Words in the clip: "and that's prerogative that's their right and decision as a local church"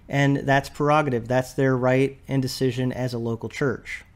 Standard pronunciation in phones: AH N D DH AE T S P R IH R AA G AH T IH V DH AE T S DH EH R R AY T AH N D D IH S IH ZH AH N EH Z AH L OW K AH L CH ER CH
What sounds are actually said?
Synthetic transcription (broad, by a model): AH N DH AE T S P R IH R AA G AH T IH V DH AE T S DH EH R R AY T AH N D D IH S IH ZH AH N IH Z AH L OW K L CH ER CH